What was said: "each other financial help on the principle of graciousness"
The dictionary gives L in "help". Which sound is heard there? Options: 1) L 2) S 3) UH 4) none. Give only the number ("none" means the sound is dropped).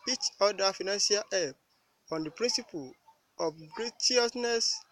4